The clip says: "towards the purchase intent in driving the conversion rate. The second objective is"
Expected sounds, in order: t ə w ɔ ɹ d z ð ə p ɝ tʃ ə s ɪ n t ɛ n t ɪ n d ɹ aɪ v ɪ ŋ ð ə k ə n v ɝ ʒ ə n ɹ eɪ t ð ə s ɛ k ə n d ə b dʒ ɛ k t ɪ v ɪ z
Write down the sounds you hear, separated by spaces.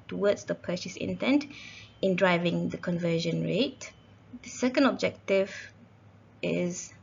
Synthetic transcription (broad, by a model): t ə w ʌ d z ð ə p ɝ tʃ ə s ɪ n t ɛ n t ɪ n d ɹ aɪ v ɪ ŋ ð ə k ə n v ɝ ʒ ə n ɹ eɪ t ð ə s ɛ k ə n d ə b dʒ ɛ k t ɪ v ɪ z